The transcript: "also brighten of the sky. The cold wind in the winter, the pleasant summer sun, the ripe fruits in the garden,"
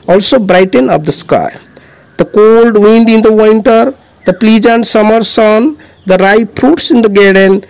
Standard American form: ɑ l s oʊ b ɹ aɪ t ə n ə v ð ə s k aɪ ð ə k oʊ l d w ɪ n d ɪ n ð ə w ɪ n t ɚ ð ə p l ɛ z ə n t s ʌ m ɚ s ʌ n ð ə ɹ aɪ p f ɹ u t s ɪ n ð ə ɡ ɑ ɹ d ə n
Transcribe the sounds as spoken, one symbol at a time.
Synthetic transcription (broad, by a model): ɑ l s oʊ b ɹ aɪ t ə n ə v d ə s k aɪ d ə k oʊ l d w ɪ n d ɪ n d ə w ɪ n t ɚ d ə p l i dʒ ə n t s ʌ m ɚ s ʌ n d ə ɹ aɪ p ɹ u t s ɪ n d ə ɡ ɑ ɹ d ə n